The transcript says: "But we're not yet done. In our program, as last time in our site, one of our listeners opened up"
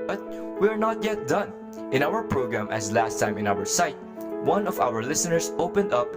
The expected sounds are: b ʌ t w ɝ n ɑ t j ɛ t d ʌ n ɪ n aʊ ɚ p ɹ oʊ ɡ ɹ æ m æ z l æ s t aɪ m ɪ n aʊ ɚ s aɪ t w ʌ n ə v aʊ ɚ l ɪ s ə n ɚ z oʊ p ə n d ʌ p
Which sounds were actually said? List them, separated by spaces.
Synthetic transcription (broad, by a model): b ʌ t w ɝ n ɑ t j ɛ t d ʌ n ɪ n aʊ ɚ p ɹ oʊ ɡ ɹ æ m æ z l æ s t aɪ m ɪ n aʊ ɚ s aɪ t w ʌ n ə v aʊ ɚ l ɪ s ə n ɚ s oʊ p ə n d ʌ p